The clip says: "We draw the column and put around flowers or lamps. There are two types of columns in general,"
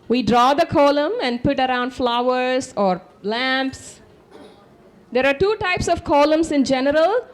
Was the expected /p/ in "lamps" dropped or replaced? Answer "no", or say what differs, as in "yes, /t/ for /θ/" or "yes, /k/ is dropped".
no